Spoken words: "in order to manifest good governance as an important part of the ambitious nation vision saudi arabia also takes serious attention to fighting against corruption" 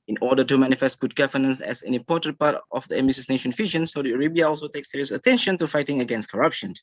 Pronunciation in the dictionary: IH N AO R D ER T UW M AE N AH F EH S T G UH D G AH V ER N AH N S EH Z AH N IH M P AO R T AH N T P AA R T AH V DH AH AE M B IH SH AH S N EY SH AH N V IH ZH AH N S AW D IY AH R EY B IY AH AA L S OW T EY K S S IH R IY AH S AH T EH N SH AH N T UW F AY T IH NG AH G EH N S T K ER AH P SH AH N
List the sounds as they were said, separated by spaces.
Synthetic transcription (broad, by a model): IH N AO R D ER T UW M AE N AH F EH S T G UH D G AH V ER N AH N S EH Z AH N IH M P AO T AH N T P AA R T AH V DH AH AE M IH S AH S N EY SH AH N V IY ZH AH N S AW D IY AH R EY B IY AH AA L S OW T EY K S S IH R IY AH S AH T EH N SH AH N T UW F AY T IH NG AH G EH N S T K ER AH P SH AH N